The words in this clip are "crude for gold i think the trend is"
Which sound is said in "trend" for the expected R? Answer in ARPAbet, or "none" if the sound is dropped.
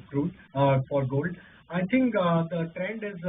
R